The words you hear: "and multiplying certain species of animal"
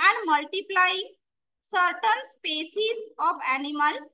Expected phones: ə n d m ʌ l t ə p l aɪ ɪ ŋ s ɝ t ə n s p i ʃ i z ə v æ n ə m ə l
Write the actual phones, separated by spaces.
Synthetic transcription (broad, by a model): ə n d m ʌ l t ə p l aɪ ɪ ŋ s ɝ t ə n s p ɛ s i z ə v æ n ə m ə l